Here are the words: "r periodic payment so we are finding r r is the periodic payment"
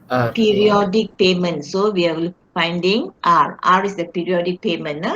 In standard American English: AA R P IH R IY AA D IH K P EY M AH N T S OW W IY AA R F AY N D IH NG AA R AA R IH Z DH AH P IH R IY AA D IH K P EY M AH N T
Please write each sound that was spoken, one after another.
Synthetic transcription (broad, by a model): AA P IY R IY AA D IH K P EY M AH N T S OW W IY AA L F AY N D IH NG AA R AA R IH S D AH P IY R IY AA D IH K P EY M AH N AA